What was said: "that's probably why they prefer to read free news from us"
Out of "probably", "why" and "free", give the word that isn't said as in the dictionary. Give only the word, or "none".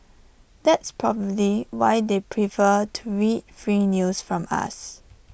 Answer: none